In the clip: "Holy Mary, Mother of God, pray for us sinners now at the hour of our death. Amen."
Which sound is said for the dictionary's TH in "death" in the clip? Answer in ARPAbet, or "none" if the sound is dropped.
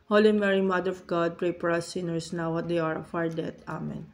T